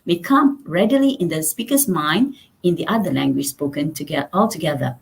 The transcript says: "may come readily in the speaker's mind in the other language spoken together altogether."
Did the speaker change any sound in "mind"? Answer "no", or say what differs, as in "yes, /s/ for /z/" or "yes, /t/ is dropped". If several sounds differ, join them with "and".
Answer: no